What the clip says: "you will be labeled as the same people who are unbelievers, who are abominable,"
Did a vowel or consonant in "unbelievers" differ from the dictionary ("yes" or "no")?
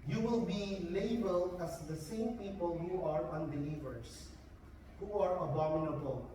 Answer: yes